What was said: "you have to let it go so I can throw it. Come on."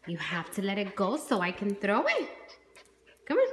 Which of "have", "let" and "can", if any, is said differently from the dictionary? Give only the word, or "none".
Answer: have